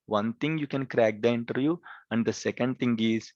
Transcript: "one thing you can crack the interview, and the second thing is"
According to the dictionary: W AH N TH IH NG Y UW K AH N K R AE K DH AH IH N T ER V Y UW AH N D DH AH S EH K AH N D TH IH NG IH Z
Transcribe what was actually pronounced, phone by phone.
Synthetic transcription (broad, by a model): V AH N T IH NG Y UW K AH N K R AE K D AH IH N T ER Y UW AH N D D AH S EH K AH N D T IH NG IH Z